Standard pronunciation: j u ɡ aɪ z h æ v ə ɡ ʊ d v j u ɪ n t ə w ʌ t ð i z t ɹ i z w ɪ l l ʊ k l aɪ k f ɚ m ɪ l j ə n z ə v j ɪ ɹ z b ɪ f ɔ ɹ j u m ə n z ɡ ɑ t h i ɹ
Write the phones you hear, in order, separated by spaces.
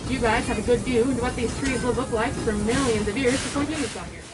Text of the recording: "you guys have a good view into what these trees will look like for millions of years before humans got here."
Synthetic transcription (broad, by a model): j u ɡ aɪ z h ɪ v ə ɡ ʊ d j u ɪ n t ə w ʌ t ð i z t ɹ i z w ɪ l l ʊ k l aɪ k f ɚ m ɪ l j ə n z ə v j ɪ ɹ z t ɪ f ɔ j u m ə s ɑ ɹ